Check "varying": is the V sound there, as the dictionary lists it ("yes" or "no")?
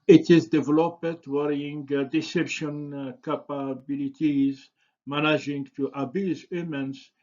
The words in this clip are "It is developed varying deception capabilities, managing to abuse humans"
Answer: no